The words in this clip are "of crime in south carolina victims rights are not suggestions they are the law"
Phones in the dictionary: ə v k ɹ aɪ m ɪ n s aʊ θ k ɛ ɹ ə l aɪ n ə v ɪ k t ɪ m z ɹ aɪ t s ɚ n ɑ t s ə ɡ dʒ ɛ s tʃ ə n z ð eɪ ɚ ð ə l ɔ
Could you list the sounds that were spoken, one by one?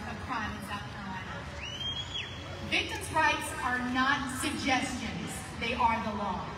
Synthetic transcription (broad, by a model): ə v k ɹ aɪ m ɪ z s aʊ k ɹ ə ɪ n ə v ɪ k t ɪ m z ɹ aɪ t s ɚ n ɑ t s ə ɡ dʒ ɛ s tʃ ə n z ð eɪ ɚ ð ə l ɔ